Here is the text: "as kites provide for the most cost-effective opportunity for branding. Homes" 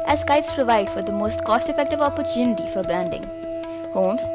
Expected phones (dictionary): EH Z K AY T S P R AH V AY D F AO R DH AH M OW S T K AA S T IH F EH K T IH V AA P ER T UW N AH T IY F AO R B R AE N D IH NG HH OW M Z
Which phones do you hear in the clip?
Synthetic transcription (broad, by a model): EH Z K AY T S P R AH V AY D F AO R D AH M OW S T K AA S T IH F EH K T IH V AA P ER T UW N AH T IY F AO R B L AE N D IH NG HH OW M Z